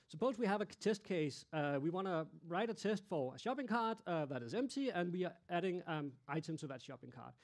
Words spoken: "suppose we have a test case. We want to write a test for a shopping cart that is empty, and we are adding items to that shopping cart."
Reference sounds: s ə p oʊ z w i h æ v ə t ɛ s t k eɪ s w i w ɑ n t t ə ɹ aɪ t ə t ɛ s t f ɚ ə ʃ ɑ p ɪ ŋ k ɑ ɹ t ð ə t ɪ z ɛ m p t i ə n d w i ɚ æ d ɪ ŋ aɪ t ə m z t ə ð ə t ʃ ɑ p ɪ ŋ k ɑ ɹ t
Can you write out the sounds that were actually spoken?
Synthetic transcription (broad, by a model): s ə p oʊ z w i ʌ v ə t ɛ s t k eɪ s w i w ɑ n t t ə ɹ aɪ t ə t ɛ s t f ɚ ə ʃ ɑ p ɪ ŋ k ɑ ɹ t ð ə t ɪ z ɛ m p t i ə n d w i ɚ æ d ɪ ŋ aɪ t ə m z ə ð ə t ʃ ɑ p ɪ ŋ k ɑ ɹ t